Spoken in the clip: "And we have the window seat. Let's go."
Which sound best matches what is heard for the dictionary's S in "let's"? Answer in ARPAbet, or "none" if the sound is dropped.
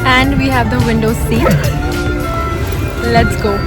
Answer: S